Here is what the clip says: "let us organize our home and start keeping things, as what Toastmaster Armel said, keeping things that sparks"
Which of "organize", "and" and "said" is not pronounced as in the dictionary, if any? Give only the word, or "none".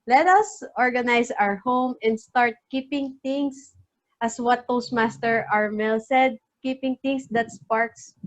organize